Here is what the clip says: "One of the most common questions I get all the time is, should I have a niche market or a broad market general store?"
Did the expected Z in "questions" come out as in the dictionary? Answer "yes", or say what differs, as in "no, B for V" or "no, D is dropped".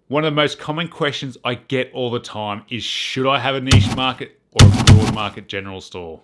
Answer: yes